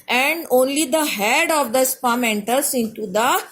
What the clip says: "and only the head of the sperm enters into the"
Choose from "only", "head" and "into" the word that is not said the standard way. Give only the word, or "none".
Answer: none